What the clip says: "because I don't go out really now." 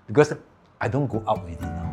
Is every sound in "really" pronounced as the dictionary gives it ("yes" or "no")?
no